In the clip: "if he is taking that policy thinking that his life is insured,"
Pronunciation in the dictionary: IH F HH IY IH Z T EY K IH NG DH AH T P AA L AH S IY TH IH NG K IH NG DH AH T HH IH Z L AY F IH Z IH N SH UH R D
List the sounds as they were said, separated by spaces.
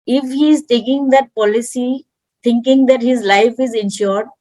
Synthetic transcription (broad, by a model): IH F HH IY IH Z T EY K IH NG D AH T P AA L AH S IY T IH NG K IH NG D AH T HH IH Z L AY F IH Z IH N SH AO R D